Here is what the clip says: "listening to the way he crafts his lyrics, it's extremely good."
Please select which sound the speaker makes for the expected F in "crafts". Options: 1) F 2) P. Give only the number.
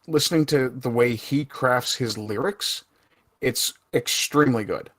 1